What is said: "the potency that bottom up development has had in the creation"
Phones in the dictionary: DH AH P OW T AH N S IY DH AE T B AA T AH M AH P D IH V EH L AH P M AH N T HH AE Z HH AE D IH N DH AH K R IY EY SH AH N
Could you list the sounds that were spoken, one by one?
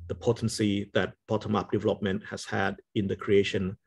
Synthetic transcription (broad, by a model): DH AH P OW T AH N S IY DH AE T B AA T AH M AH P D IH V EH L AH P M AH N T HH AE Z HH AE D IH N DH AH K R IY EY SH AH N